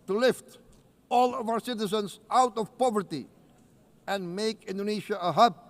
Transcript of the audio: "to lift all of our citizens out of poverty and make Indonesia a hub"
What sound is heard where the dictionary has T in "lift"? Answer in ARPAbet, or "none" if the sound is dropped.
T